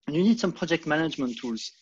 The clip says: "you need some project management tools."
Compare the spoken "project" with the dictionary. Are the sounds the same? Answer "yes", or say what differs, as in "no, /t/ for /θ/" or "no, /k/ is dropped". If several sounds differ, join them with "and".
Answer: yes